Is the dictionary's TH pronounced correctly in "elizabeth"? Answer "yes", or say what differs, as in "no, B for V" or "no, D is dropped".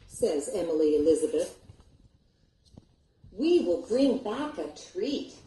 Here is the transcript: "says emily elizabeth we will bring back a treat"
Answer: yes